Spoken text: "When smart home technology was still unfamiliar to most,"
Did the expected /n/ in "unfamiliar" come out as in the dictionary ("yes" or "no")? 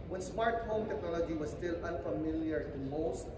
yes